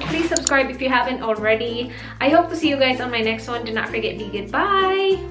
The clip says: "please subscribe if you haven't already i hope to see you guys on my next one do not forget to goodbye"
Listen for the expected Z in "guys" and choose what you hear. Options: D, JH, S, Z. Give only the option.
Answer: Z